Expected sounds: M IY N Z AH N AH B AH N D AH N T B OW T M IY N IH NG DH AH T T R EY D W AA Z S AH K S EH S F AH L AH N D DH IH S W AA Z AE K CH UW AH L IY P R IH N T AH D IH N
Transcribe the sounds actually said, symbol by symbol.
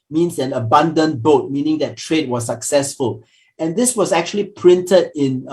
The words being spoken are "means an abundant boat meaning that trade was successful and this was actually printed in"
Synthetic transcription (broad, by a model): M IY N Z AH N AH B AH N D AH N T B OW T M IY N IH NG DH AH T T R EY D W AA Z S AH K S EH S F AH L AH N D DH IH S W AA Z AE K CH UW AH L IY P R IH N T AH D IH N